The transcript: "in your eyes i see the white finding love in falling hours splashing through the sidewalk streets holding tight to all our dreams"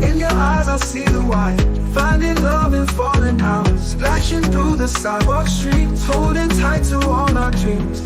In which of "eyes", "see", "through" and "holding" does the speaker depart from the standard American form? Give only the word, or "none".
holding